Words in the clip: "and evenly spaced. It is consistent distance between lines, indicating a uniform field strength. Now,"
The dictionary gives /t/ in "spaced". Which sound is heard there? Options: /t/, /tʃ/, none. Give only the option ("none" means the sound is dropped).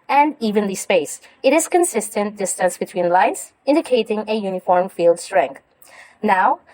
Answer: none